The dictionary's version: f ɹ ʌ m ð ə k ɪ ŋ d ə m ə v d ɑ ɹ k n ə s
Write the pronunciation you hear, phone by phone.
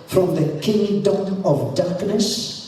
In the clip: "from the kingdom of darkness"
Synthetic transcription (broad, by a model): f ɹ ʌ m ð ə k ɪ ŋ d ə m ə v d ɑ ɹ k n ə s